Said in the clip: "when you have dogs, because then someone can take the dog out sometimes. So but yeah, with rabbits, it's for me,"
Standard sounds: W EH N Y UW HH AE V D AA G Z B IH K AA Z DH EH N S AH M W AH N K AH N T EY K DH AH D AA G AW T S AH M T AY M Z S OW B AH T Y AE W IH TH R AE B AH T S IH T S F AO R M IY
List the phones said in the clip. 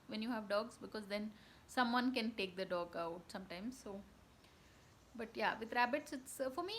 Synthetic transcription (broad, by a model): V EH N Y UW HH AE V D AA G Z B IH K AA Z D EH N S AH M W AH N K AH N T EY K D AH D AA G AW T S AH M T AY M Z S OW B AH T Y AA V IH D R AE B AH T S IH T S F AO R M IY